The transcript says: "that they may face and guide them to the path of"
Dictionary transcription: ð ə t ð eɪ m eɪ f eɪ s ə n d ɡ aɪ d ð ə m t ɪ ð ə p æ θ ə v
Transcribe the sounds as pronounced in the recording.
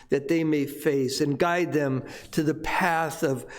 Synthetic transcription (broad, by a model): ð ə t ð eɪ m eɪ f eɪ s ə n ɡ aɪ d ð ə m t ɪ ð ə p æ θ ə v